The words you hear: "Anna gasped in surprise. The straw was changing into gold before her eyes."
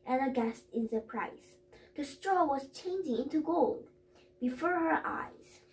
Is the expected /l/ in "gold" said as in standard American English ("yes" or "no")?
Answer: yes